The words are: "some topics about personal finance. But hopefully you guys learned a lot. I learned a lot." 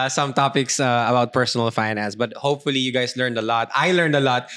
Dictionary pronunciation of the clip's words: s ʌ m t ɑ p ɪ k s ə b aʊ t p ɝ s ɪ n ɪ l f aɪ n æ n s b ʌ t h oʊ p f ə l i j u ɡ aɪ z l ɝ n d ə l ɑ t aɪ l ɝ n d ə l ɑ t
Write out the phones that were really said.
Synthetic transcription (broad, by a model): s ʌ m t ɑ p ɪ k s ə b aʊ t p ɝ s ɪ n ɪ l f aɪ n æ n s b ʌ t h oʊ p f ə l i j u ɡ aɪ s l ɝ n d ə l ɑ t aɪ l ɝ n d ə l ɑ t